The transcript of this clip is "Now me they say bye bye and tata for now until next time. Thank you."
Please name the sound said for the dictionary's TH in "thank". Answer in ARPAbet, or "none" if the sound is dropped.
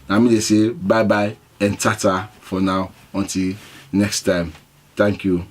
T